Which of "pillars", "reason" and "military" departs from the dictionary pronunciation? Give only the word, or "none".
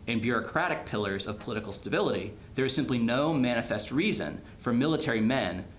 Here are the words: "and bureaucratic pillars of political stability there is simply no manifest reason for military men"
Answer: none